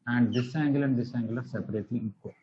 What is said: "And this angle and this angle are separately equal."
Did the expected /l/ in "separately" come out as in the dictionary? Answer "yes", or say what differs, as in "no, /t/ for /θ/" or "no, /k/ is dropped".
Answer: no, /l/ is dropped